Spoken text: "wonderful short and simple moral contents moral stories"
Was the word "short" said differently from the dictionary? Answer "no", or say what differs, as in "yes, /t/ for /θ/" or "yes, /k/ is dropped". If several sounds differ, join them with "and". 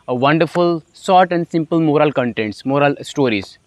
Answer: yes, /s/ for /ʃ/